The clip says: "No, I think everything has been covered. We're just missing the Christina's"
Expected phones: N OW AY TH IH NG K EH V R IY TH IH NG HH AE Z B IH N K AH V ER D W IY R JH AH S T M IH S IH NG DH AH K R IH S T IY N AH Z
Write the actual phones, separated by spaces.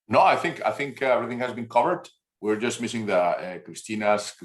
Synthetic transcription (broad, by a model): N OW AY TH IH NG K EH V R IY TH IH NG HH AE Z B IH N K AH V ER D W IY R JH AH S T M IH S IH NG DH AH K R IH S T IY N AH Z